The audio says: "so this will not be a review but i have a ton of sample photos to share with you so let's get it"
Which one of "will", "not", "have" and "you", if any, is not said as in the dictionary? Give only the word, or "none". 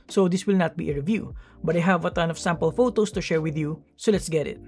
none